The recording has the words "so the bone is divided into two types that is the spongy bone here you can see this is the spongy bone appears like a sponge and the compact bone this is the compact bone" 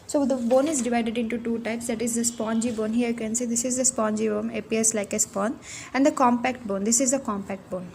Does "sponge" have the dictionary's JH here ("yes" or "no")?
no